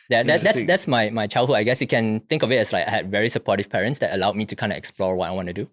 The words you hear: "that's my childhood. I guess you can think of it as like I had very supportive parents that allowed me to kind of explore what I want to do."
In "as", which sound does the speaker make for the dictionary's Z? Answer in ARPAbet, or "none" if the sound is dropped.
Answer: S